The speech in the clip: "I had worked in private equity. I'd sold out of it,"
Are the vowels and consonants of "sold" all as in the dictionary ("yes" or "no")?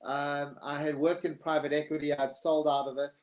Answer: yes